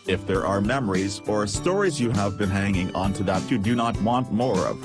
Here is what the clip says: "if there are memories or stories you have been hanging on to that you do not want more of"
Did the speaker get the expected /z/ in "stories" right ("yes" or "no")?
yes